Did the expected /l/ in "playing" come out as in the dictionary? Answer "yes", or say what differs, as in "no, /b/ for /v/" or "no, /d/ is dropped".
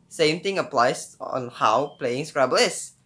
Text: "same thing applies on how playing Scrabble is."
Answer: yes